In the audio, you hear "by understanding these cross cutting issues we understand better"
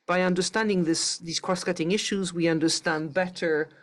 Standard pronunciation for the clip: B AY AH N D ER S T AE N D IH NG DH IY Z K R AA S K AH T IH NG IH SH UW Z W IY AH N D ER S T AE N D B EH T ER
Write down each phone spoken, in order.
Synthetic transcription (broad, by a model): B AY AH N D ER S T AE N D IH NG DH IY Z K R AA S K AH T IH NG IH SH UW Z W IY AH N D ER S T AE N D B EH T ER